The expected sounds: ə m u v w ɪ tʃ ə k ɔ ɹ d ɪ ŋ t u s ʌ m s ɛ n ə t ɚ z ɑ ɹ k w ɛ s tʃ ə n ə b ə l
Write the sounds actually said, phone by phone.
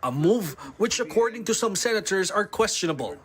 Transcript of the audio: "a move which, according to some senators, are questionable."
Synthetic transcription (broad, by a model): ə m u v w ɪ tʃ ə k ɔ ɹ d ɪ ŋ t u s ʌ m s ɛ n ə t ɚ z ɑ ɹ k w ɛ s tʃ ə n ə b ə l